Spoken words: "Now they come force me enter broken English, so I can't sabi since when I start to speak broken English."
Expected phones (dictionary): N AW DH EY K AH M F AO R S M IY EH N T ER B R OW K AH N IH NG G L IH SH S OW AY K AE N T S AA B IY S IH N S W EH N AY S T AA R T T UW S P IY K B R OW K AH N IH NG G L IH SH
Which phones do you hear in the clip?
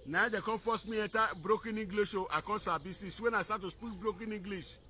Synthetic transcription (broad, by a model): N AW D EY K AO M F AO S M IY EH T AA B R OW K AH N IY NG G L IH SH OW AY K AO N S AA B IY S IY S W EH N AY S T AA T T UW S P IY K B R OW K AH N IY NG G L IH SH